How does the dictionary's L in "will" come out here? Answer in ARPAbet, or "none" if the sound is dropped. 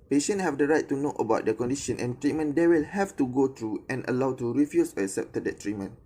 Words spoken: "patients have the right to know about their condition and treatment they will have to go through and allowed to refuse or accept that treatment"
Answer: L